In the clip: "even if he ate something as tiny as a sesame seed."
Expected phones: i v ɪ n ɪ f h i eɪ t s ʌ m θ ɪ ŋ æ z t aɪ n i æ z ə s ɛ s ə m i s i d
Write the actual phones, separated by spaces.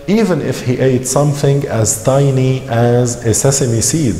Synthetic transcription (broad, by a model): i v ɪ n ɪ f h i eɪ t s ʌ m θ ɪ ŋ æ z t aɪ n i æ z ə s ɛ s ə m i s i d